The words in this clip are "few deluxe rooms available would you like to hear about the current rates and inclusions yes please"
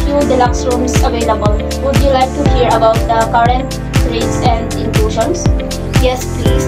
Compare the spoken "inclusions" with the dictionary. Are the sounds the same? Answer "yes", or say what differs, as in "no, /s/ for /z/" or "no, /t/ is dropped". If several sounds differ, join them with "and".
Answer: no, /ʃ/ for /ʒ/ and /s/ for /z/